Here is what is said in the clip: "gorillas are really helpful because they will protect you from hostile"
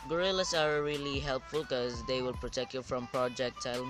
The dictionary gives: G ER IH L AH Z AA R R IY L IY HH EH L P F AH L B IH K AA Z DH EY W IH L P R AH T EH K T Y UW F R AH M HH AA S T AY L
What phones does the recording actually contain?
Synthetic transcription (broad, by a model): G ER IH L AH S AA R R IY L IY HH EH L P F AH L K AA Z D EY W IH L P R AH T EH K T Y UW F R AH M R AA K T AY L